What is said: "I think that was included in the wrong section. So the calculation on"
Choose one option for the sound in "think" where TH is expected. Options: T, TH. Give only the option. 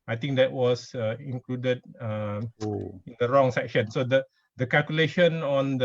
T